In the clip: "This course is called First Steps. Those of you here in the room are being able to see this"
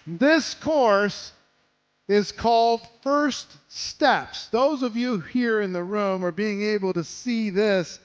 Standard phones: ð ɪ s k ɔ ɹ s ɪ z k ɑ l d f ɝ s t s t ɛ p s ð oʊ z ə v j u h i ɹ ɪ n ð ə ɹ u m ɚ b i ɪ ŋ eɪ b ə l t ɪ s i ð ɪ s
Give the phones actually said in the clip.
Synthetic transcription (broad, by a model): ð ɪ s k ɔ ɹ s ɪ z k ɑ l d f ɝ s t s t ɛ p s ð oʊ z ə v j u h i ɹ ɪ n ð ə ɹ u m ɚ b i ɪ ŋ eɪ b l t ɪ s i ð ɪ s